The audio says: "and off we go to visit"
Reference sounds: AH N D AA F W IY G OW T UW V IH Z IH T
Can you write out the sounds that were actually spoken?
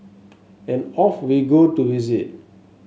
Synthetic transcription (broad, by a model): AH N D AA F W IY G OW T UW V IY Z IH